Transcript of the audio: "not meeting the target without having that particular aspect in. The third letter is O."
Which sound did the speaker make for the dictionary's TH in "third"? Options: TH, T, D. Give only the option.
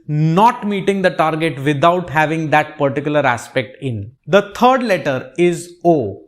T